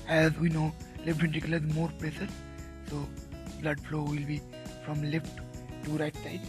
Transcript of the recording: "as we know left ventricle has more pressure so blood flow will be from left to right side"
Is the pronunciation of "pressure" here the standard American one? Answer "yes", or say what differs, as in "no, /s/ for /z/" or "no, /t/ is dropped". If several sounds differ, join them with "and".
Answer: no, /l/ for /ɹ/ and /s/ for /ʃ/